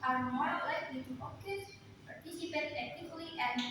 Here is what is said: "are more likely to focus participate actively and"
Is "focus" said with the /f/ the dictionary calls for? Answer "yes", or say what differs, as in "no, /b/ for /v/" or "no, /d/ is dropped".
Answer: no, /p/ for /f/